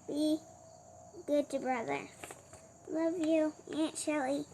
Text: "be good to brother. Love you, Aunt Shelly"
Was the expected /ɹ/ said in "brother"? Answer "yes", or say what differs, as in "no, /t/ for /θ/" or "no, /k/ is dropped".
yes